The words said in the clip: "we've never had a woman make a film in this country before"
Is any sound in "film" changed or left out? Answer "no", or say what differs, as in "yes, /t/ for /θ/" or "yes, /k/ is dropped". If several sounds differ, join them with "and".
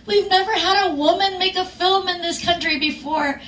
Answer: no